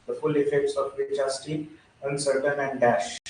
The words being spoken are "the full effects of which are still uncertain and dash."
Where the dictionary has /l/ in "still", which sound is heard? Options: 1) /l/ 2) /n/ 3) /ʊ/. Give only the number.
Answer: 2